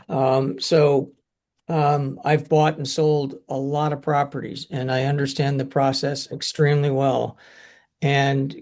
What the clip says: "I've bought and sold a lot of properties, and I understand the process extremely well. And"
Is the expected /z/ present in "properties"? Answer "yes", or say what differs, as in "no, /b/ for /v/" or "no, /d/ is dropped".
yes